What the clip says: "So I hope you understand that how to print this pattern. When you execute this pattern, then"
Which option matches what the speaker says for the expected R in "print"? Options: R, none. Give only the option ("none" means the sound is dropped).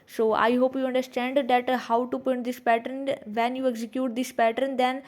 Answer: none